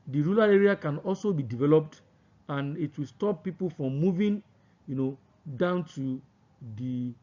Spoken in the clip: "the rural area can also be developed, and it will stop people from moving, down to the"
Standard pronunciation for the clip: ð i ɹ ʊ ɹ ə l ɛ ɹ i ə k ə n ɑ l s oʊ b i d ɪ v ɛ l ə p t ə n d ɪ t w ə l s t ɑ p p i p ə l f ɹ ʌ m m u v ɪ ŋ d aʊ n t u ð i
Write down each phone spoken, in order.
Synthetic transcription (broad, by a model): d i ɹ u l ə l ɛ ɹ i ə k ə n ɑ l s oʊ b i d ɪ v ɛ l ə p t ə n ɪ t w ə l s t ɑ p p i p ə l f ɹ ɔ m m u v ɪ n d aʊ n t u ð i